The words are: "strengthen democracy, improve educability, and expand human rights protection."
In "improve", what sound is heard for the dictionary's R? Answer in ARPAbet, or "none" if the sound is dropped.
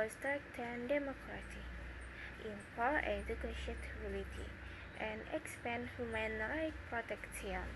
none